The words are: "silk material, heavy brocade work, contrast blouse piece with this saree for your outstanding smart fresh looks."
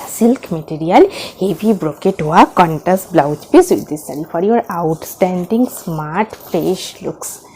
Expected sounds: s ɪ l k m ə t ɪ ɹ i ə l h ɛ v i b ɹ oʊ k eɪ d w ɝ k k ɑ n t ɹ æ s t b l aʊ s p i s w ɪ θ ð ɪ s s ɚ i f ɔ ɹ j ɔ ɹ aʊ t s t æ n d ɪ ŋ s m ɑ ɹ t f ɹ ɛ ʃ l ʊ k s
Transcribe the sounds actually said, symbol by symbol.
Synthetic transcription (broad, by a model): s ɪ l k m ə t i ɹ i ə l h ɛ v i b ɹ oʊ k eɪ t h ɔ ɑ k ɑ n t æ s b l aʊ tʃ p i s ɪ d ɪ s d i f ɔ ɹ j ɔ ɹ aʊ t s t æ n d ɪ ŋ s m ɑ ɹ t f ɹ ɛ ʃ l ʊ k s